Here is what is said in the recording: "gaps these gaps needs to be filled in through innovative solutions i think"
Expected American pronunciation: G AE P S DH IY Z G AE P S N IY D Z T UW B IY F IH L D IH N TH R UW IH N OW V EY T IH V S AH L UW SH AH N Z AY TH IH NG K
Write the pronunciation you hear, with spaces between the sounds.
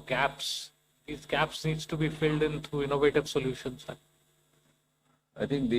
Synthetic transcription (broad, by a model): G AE P S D IY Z G AE P S N IY D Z T UW B IY F IH L D IH N T R UW IH N OW V EY T IH V S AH L UW SH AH N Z AY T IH NG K